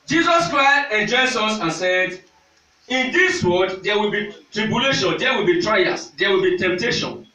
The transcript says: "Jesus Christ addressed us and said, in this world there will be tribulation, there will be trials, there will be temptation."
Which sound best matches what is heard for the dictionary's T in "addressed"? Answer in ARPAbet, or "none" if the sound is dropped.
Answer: none